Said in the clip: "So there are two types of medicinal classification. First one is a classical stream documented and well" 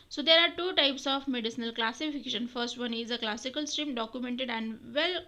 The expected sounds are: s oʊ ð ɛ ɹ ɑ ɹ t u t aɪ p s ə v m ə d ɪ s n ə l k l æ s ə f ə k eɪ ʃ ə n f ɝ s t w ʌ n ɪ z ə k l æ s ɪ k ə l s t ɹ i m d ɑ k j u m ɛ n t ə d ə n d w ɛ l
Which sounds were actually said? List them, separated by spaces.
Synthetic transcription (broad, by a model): s oʊ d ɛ ɹ ɑ ɹ t u t aɪ p s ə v m ə d ɪ s n ə l k l æ s ə f ə k eɪ ʃ ə n f ɝ s t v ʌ n ɪ z ə k l æ s ɪ k ə l s t ɹ i m d ɑ k j u m ɛ n t ə d ə n d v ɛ l